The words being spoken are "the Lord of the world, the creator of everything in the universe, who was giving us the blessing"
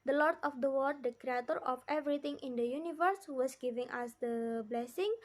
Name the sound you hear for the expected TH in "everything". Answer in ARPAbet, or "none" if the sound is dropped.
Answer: T